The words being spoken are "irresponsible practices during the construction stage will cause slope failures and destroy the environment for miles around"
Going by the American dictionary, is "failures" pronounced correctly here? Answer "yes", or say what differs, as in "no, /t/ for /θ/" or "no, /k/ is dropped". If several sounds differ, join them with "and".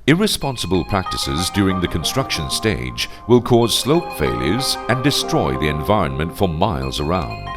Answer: yes